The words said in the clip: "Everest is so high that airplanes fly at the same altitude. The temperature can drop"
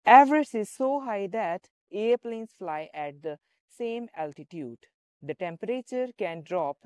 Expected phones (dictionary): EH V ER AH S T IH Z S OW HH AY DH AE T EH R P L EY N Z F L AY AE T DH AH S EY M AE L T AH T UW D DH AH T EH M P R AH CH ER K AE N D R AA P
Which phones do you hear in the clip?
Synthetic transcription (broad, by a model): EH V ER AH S IH Z S OW HH AY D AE T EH R P L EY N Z F L AY AE T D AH S EY M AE L T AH T UW D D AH T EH M P R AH CH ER K AE N D R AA P